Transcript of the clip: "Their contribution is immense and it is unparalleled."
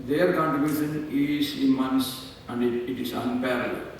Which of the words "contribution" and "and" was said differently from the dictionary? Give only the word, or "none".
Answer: contribution